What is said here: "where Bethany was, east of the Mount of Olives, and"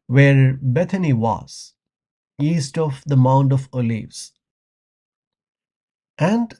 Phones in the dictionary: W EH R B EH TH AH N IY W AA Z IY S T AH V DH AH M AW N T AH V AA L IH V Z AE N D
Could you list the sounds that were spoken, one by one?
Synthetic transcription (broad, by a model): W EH R B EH T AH N IY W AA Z IY S T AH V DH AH M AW N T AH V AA L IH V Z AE N D